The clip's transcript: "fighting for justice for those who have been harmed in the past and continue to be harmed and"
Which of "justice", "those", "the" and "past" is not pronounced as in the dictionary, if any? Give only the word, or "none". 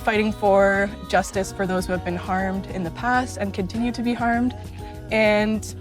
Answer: none